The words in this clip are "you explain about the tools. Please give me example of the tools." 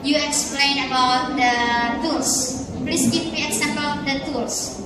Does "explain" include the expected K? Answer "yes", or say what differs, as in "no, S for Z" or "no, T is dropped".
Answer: yes